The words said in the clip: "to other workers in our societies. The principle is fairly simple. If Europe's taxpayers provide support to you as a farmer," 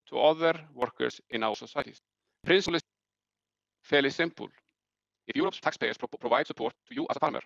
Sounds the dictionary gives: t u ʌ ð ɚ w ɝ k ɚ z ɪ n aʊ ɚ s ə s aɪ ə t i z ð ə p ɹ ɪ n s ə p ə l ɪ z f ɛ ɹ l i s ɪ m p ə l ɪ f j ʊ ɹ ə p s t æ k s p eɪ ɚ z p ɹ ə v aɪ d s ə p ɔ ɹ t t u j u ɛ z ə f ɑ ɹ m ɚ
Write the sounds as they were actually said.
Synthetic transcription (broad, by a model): t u ʌ ð ɚ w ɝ k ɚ s ɪ n aʊ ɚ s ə s aɪ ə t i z p ɹ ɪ n s l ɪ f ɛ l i s ɪ m p ə l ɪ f j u ɹ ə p s t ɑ k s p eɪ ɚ s p ɹ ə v aɪ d s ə p ɔ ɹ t t u j u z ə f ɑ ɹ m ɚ